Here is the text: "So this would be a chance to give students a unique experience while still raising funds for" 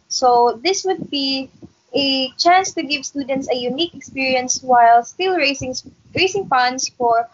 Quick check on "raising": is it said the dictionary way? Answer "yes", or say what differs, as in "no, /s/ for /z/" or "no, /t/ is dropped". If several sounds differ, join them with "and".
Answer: no, /s/ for /z/